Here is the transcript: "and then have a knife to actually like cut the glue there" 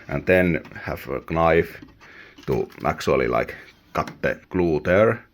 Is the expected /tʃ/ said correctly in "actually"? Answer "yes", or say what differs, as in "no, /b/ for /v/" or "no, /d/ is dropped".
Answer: no, /s/ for /tʃ/